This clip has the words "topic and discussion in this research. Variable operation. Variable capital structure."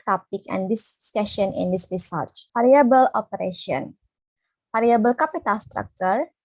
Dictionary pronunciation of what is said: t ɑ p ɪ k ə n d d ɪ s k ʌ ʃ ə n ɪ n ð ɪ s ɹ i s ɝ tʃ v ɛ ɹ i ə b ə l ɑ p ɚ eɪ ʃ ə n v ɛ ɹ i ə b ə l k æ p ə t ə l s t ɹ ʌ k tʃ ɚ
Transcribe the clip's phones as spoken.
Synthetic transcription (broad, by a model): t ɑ p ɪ k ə n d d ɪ s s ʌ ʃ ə n ɪ n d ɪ s ɹ i s ɝ tʃ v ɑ ɹ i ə b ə l ɑ p ɚ eɪ ʃ ə n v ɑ ɹ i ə b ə l k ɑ p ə t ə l s t ɹ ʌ k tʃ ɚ